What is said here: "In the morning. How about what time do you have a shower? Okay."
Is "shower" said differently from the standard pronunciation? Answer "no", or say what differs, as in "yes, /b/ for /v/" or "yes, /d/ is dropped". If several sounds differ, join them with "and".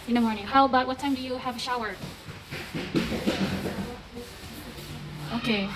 no